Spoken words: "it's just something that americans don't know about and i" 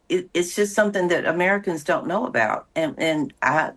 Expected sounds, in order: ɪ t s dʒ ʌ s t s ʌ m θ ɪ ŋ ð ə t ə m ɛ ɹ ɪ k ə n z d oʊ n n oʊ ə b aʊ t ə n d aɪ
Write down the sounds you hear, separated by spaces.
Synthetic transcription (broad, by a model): ɪ t s dʒ ʌ s t s ʌ m θ ɪ ŋ ð ə t ə m ɛ ɹ ɪ k ə n z d oʊ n n oʊ ə b aʊ t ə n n aɪ